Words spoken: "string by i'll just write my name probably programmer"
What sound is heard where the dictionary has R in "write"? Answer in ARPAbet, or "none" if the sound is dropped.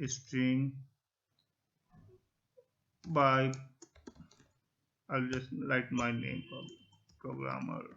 L